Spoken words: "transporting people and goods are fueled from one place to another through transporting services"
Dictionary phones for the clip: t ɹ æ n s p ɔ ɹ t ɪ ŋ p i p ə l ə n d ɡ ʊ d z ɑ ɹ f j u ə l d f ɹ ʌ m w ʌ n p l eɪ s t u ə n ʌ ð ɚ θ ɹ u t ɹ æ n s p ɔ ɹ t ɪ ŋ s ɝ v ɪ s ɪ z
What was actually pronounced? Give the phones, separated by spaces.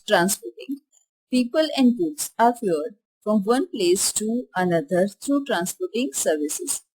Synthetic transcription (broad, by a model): t ɹ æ n s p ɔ t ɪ ŋ p i p ə l ə n d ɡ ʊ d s ɑ ɹ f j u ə d f ɹ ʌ m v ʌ n p l eɪ s t u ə n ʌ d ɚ t ɹ u t ɹ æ n s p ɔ t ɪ ŋ s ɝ v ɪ s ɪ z